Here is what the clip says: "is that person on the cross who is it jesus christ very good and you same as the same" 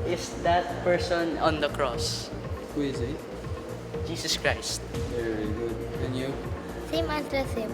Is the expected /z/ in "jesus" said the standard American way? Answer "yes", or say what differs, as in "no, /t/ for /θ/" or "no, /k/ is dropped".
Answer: no, /s/ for /z/